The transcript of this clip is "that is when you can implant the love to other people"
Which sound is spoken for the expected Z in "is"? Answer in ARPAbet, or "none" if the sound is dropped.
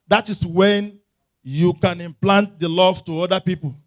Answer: S